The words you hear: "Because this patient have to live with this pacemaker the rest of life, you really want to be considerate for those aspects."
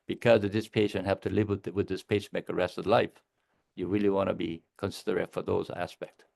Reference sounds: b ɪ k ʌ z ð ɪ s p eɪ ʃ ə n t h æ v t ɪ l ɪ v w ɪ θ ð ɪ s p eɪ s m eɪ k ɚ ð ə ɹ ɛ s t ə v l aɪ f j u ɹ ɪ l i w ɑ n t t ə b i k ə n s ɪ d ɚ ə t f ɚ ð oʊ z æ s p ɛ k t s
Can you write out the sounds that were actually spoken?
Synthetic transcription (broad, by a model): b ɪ k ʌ z ð ɪ s p eɪ ʃ ə n t h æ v t ɪ l ɪ v w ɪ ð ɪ s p eɪ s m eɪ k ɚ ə ɹ ɛ s t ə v l aɪ f j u ɹ ɪ l i w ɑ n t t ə b i k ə n s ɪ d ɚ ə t f ɚ ð oʊ z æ s p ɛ k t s